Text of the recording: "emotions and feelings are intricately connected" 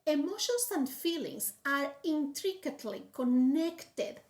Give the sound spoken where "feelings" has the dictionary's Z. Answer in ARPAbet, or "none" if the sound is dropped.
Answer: S